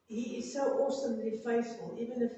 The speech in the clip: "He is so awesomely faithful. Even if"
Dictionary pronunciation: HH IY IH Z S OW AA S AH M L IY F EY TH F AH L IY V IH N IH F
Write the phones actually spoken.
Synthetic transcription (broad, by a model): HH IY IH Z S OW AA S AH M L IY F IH S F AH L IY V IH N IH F